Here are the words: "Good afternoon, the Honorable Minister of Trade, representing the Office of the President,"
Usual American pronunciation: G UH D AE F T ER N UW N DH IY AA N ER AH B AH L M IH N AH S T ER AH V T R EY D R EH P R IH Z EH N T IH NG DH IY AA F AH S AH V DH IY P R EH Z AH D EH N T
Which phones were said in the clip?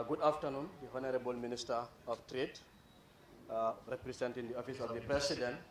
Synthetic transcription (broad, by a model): G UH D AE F T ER N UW N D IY AA N ER AH B AH L M IH N AH S T ER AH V T R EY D R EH P R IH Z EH N T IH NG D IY AA F AH S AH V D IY P R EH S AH D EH N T